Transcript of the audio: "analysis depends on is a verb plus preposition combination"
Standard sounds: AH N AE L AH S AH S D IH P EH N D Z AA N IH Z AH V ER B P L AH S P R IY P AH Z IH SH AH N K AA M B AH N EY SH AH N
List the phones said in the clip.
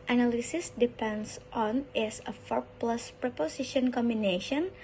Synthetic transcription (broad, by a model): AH N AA L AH S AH S D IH P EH N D S AA N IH S AH F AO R P L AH S P R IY P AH S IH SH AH N K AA M B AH N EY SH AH N